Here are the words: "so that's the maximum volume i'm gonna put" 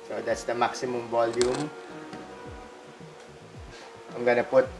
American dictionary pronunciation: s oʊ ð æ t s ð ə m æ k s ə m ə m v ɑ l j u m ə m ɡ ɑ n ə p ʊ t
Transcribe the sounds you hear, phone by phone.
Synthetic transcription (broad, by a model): s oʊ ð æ t s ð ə m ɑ k s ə m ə m b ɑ l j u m ə m ɡ ɑ n ə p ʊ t